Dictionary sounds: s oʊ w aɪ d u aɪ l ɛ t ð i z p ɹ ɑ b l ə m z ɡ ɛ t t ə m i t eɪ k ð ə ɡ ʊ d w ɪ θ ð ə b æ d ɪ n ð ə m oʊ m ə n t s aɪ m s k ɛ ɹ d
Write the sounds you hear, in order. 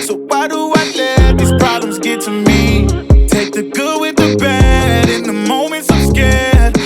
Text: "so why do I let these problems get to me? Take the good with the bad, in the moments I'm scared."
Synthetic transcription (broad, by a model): s oʊ w aɪ d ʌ aɪ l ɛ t ð i z p ɹ ɑ b l ə m z ɡ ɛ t t ə m i t eɪ k ð ə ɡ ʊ w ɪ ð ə b æ d ɪ n ð ə m oʊ m ə n t s aɪ m s k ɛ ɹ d